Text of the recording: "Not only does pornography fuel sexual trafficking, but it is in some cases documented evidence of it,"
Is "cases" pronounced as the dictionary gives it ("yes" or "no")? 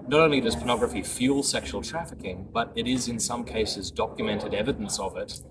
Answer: yes